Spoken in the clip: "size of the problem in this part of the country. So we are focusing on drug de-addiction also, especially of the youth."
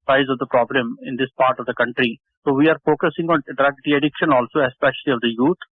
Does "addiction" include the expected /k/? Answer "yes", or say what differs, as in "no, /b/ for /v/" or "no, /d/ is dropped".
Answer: yes